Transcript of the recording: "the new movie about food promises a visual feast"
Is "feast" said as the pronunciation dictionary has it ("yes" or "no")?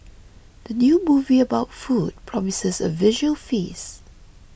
no